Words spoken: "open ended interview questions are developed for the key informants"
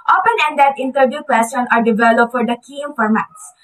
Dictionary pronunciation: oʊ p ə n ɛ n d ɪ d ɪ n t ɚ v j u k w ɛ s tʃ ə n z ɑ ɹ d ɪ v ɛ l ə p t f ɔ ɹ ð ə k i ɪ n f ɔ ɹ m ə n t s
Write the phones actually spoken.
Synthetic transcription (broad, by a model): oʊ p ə n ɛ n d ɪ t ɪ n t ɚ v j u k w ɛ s ə n ɑ ɹ d ɪ v ɛ l ə p t f ɔ ɹ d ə k i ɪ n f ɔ ɹ m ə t s